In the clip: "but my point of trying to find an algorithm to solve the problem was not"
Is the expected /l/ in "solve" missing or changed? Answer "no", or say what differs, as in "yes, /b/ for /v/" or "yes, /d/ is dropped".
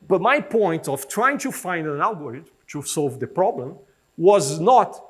no